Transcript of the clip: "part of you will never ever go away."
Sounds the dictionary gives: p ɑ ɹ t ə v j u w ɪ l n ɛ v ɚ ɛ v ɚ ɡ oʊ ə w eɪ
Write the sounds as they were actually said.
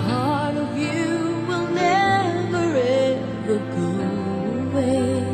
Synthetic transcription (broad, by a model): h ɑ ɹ t ə v j u w ɪ l n ɛ v ɚ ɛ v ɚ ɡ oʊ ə w eɪ